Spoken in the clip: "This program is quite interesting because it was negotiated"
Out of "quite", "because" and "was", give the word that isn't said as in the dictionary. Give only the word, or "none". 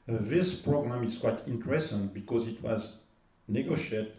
none